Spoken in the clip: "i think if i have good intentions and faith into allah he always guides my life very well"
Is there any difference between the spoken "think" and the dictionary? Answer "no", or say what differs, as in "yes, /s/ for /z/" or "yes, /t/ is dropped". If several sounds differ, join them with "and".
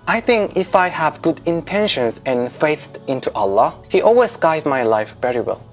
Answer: no